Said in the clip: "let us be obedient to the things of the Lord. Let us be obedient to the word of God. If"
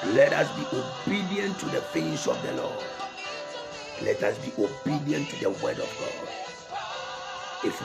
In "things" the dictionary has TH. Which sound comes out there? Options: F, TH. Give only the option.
F